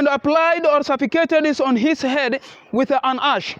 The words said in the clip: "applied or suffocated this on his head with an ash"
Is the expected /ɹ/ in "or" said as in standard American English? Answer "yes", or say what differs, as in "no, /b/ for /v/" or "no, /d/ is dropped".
yes